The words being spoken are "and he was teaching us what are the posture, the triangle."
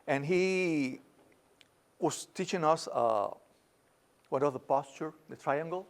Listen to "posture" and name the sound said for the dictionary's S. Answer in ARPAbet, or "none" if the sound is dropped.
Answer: S